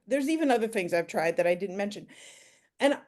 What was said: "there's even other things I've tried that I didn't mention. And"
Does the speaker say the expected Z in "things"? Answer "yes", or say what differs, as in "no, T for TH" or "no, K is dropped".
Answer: yes